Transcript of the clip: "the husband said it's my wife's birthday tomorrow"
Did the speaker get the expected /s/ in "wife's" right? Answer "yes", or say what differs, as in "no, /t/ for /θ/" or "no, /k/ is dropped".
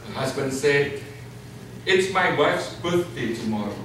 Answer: yes